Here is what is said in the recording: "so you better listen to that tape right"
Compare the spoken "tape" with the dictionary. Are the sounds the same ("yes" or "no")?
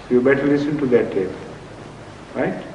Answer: no